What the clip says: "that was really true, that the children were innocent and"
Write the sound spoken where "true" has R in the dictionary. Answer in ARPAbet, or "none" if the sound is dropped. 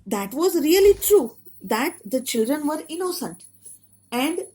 R